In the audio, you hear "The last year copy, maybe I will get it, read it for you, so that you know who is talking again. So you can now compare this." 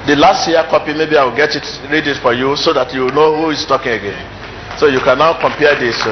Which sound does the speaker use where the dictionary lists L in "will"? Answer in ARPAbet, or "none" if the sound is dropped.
L